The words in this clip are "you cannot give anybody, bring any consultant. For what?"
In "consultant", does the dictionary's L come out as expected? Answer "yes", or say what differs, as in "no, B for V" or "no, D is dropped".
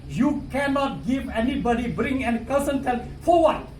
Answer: no, N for L